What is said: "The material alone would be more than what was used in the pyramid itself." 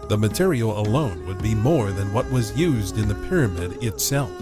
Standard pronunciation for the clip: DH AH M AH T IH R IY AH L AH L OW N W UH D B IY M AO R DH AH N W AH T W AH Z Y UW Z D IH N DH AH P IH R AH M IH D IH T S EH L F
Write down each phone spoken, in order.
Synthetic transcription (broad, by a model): DH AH M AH T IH R IY L AH L OW N W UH D B IY M AO R DH AH N W AH T W AH Z Y UW Z D IH N DH AH P IH R AH M IH D IH T S EH L F